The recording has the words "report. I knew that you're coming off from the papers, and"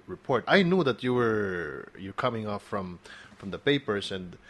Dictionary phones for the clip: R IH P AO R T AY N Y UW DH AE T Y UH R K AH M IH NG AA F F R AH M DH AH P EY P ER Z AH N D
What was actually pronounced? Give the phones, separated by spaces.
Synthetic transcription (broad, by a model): R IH P AO R T AY N Y UW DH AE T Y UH R K AH M IH NG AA F F R AH M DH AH P EY P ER S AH N D